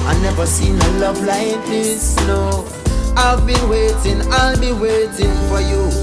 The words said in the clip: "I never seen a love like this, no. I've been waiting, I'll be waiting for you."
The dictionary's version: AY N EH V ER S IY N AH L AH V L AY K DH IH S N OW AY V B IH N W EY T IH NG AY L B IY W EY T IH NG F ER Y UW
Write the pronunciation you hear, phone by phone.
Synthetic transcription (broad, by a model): AY N EH V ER S IY N AH L AH V L AY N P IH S N OW AY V B IH N W EY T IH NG AY L B IY W EY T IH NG F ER Y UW